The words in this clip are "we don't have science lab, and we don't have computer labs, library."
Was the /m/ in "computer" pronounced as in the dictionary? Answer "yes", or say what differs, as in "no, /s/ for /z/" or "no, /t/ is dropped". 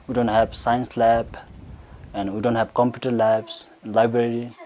yes